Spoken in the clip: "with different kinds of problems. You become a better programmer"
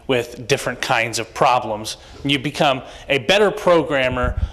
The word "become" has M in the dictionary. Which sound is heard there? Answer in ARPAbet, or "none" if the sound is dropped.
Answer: M